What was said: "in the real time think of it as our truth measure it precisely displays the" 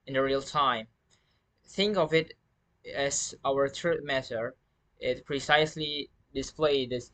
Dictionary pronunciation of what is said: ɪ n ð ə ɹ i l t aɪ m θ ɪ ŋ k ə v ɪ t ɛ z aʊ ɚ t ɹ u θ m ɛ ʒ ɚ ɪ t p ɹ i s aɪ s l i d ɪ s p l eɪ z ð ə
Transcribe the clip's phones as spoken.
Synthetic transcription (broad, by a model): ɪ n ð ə ɹ i l t aɪ m θ ɪ ŋ k ə v ɪ t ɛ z aʊ ɚ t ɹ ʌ t m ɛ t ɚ ɪ t p ɹ i s aɪ s l i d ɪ s p l eɪ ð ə